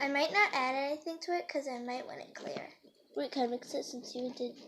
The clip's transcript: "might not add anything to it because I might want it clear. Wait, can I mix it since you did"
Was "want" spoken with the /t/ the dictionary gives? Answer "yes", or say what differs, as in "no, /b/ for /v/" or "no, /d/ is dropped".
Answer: no, /t/ is dropped